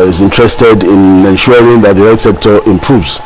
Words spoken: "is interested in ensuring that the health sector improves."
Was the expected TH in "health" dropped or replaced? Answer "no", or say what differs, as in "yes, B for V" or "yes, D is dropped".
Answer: yes, T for TH